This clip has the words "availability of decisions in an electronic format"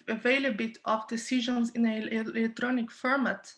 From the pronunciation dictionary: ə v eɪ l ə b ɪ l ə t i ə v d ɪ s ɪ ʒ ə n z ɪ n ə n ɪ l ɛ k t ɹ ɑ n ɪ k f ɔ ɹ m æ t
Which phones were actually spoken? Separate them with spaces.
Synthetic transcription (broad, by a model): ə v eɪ l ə b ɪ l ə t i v d ɪ s ɪ ʒ ə n z ɪ n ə l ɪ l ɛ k t ɹ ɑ n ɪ k f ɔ ɹ m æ t